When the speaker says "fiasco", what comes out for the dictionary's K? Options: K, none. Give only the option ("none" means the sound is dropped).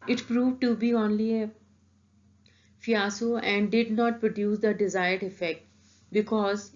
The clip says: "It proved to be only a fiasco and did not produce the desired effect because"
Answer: none